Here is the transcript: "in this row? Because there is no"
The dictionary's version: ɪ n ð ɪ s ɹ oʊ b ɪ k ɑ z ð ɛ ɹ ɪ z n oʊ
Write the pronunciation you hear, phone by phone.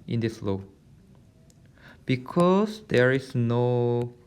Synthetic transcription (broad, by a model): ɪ n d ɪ s l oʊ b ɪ k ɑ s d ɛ ɹ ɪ s n oʊ